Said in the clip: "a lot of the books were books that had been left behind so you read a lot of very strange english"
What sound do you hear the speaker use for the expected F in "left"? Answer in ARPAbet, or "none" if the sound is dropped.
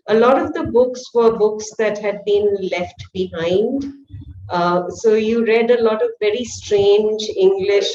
F